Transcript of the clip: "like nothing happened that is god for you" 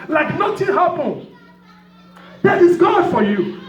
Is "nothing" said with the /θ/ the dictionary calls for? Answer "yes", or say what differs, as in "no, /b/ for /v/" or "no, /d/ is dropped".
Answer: no, /t/ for /θ/